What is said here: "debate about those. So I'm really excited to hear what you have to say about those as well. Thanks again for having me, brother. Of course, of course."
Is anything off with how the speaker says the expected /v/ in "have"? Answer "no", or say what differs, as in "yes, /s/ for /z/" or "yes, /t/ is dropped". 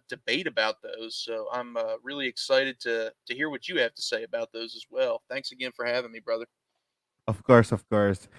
yes, /f/ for /v/